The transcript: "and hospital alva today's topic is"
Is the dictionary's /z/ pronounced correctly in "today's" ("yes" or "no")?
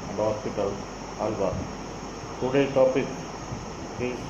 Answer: no